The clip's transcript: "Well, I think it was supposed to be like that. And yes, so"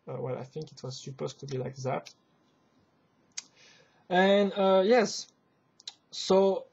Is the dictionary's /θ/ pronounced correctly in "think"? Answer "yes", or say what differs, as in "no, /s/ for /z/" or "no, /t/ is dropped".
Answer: yes